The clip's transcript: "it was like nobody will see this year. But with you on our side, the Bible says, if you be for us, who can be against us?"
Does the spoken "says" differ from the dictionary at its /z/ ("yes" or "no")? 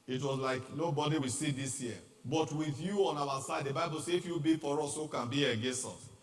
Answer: yes